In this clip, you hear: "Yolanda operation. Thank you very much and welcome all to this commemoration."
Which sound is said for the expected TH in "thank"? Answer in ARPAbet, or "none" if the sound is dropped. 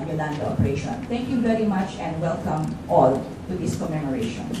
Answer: T